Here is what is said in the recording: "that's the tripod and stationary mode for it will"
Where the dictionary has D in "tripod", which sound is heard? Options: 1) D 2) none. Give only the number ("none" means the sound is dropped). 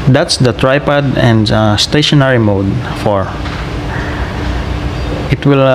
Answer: 1